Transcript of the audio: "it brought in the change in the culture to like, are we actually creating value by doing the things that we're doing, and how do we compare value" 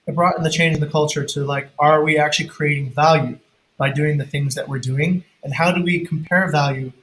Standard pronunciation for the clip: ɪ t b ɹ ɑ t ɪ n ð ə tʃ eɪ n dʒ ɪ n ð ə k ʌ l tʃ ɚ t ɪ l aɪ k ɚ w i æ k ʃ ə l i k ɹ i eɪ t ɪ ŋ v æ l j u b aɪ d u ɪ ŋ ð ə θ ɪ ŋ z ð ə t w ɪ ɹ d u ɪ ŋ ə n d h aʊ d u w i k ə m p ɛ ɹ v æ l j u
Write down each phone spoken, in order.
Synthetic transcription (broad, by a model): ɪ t b ɹ ɑ t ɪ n ð ə tʃ eɪ n dʒ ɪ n ð ə k ʌ l tʃ ɚ t ɪ l aɪ k ɚ w i æ k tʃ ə l i k ɹ i eɪ t ɪ ŋ v æ l j u b aɪ d u ɪ ŋ ð ə θ ɪ ŋ z ð ə t w ɪ ɹ d u ɪ ŋ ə n h aʊ d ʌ w i k m p ɛ ɹ v æ l j u